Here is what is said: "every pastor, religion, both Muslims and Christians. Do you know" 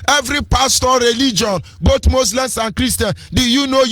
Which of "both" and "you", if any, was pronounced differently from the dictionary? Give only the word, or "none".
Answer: both